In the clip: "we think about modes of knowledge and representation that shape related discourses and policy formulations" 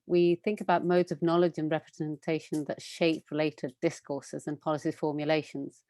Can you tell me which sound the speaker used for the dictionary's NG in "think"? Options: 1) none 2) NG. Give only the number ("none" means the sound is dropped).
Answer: 2